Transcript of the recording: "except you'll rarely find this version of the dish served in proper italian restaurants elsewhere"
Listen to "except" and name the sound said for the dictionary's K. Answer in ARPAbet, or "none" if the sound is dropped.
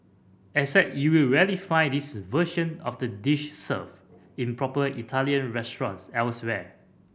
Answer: none